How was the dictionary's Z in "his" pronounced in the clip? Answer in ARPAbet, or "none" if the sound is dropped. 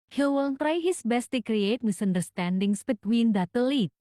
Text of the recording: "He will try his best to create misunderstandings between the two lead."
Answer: S